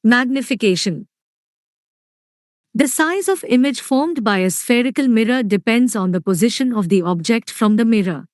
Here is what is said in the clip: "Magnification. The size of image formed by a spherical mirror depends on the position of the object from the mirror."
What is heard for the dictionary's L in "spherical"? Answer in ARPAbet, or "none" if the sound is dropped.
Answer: L